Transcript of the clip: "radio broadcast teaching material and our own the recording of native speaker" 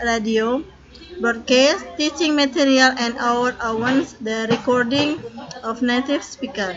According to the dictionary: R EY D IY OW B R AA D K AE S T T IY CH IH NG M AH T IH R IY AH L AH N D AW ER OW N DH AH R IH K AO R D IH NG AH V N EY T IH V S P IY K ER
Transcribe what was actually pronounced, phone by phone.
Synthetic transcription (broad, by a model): R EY D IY OW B AA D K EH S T T IY CH IH NG M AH T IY R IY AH L AH N D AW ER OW N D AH R IH K AO R D IH NG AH F N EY T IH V S P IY K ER